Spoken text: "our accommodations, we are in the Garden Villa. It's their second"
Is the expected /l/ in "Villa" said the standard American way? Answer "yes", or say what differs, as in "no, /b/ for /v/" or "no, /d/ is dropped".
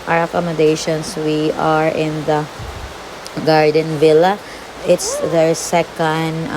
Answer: yes